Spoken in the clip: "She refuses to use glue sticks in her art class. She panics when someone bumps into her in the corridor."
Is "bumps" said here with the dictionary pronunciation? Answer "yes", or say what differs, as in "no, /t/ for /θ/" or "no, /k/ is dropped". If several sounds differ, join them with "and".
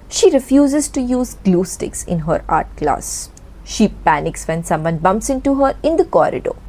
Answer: yes